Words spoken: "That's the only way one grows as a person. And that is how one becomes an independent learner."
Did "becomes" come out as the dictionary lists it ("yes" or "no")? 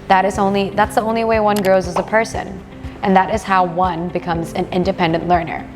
yes